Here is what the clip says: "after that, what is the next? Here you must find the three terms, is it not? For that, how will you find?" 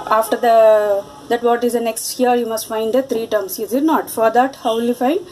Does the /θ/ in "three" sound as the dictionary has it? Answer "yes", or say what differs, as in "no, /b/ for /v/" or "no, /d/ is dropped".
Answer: no, /t/ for /θ/